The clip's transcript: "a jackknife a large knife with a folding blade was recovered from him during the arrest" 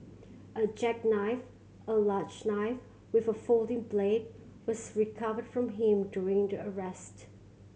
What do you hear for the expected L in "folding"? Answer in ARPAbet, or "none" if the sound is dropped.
L